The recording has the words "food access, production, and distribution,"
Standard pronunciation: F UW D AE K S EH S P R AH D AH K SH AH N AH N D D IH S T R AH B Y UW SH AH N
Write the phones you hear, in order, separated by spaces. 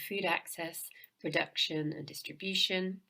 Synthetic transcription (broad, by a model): F UW D AE K S EH S P R AH D AH K SH AH N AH N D D IH S T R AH B Y UW SH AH N